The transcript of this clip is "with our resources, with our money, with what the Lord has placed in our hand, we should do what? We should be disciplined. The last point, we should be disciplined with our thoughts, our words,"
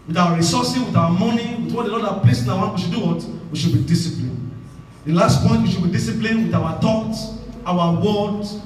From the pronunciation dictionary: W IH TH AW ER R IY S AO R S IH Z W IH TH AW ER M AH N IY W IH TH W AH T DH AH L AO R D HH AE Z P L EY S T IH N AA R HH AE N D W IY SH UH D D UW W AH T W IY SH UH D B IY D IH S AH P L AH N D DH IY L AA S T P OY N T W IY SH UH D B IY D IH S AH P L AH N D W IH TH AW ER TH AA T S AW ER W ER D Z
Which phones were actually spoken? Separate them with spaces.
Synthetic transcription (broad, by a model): W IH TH AW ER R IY S AO S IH W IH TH AW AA M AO N IY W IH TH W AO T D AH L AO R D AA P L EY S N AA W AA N W IY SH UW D D UW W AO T W IY SH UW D B IY D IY S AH P L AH N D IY L AA S T P OY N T W IY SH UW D B IY D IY S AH P L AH N W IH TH AW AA T AA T AW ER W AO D